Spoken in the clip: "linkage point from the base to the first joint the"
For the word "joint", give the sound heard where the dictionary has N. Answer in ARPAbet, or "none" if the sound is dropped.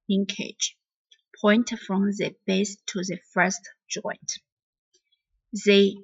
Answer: N